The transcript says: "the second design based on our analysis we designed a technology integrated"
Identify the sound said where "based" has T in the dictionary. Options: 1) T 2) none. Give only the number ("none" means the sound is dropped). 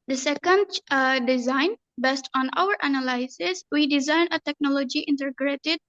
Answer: 1